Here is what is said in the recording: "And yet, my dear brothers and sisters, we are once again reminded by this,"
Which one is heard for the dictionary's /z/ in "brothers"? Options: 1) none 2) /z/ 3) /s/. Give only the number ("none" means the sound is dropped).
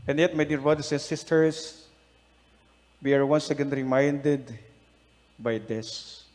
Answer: 3